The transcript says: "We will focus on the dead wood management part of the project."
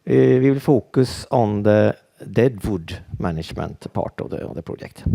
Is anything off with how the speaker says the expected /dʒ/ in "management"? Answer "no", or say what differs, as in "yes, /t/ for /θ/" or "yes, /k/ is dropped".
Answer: yes, /ʃ/ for /dʒ/